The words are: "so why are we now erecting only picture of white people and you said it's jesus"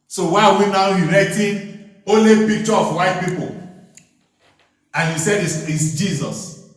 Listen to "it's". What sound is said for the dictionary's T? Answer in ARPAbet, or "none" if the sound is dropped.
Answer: S